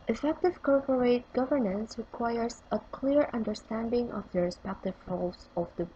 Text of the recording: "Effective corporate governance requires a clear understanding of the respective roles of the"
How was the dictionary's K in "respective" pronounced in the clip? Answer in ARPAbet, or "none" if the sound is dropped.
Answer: K